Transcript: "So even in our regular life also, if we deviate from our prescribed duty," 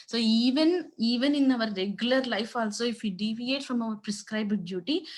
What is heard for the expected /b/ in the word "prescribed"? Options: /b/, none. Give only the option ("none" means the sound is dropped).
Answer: /b/